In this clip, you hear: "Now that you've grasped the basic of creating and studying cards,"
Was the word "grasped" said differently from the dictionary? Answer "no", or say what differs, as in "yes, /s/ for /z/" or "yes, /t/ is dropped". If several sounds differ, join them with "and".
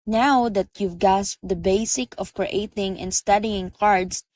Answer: yes, /ɹ/ is dropped